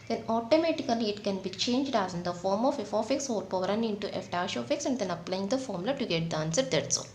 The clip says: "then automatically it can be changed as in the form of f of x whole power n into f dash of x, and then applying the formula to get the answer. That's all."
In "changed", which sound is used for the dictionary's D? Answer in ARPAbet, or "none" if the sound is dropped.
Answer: D